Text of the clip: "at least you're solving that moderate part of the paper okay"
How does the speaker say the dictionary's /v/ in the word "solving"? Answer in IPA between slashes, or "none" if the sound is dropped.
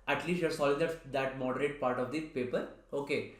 none